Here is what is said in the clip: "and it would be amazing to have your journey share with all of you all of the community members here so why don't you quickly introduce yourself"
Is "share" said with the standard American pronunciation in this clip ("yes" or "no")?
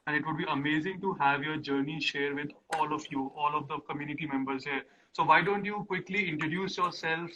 yes